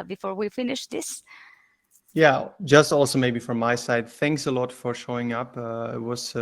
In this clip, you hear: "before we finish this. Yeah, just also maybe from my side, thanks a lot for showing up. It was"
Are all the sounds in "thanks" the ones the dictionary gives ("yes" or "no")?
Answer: yes